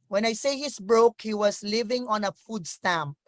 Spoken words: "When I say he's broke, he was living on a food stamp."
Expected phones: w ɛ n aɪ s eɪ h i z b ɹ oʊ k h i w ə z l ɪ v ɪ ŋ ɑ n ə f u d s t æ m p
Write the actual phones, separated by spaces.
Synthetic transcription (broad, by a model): w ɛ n aɪ s eɪ h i s b ɹ oʊ k h i w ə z l ɪ v ɪ ŋ ɑ n ə f u d s t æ m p